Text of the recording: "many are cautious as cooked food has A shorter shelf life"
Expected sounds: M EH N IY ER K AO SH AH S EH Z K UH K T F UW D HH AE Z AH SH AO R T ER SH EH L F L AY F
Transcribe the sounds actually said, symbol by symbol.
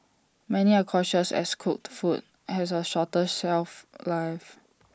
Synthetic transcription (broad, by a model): M EH N IY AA K AO SH AH S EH S K UH K T F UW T HH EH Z AH SH AO T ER S EH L F L AY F